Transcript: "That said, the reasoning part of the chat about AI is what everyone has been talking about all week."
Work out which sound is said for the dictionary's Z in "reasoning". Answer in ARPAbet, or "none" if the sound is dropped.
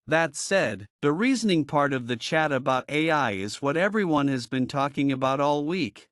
Z